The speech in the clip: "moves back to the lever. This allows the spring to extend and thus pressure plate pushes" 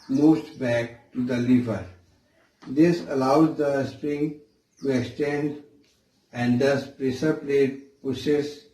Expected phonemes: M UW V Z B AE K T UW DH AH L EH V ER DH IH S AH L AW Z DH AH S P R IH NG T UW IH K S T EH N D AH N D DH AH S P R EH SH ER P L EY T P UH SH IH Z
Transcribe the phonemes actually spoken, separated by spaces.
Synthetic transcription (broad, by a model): M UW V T B AE K T UW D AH L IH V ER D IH S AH L AW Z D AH S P R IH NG T UW IH K S T EH N D AH N D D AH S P R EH S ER P L EY T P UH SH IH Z